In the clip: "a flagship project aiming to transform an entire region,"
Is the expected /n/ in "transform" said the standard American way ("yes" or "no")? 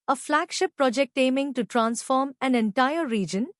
yes